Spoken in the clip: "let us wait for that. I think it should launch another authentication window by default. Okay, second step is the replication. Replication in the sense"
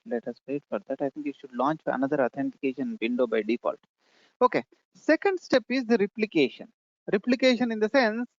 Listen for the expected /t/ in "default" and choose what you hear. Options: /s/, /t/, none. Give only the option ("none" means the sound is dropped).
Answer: /t/